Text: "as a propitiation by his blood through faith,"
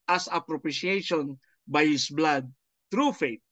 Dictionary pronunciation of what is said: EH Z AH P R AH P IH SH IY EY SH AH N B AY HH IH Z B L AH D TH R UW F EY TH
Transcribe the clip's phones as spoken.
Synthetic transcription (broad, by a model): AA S AH P R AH P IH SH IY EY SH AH N B AY HH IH S B L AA D T R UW F EY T